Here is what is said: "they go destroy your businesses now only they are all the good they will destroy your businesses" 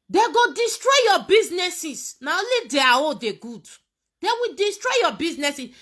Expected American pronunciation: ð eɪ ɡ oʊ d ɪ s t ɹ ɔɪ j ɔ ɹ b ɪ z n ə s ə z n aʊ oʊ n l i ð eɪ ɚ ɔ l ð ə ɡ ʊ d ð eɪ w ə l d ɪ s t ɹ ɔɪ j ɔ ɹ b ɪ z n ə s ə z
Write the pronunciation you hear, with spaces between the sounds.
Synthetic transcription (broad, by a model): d eɪ ɡ oʊ d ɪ s t ɹ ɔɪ j ɔ b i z n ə s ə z n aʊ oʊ l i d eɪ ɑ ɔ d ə ɡ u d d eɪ w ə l d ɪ s t ɹ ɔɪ j ɔ b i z n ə s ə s